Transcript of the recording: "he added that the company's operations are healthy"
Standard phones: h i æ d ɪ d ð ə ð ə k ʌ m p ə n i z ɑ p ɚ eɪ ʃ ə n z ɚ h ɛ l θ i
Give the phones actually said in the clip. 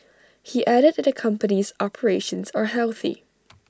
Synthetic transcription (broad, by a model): h i æ d ɪ d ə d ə k ʌ m p ə n i z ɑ p ɚ eɪ ʃ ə n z ɚ h ɛ l θ i